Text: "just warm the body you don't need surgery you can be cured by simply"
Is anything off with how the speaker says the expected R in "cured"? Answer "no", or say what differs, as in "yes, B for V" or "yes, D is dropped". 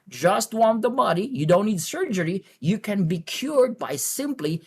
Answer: no